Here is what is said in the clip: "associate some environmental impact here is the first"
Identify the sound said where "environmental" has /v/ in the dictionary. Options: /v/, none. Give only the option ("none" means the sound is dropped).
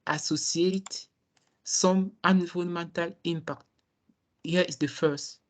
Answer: none